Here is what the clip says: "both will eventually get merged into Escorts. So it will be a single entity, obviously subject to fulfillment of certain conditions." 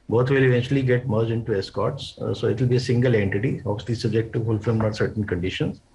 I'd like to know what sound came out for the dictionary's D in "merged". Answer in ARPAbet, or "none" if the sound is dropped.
none